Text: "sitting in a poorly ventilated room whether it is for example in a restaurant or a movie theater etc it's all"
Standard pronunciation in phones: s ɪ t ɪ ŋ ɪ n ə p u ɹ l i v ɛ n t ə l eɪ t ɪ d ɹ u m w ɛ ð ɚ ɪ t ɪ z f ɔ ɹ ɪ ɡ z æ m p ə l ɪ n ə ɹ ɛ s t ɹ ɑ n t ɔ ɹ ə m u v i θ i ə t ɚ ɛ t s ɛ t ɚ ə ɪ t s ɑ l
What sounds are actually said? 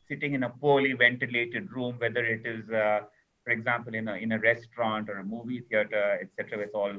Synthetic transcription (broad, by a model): s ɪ t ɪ ŋ ɪ n ə p u ɹ l i v ɛ n t ə l eɪ t ɪ d ɹ u m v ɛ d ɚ ɪ t ɪ z f ɔ ɹ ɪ ɡ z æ m p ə l ɪ n ə ɹ ɛ s t ɹ ɑ n t ɔ ɹ ə m u v i t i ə t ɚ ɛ t s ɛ t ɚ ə ɪ t s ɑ l